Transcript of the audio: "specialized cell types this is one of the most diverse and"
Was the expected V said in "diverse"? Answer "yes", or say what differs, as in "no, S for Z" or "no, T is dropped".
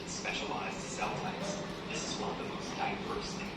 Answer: no, P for V